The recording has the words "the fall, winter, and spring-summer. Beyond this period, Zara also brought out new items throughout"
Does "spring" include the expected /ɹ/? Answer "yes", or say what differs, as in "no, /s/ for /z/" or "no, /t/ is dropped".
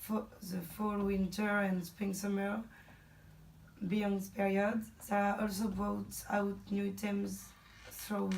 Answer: no, /ɹ/ is dropped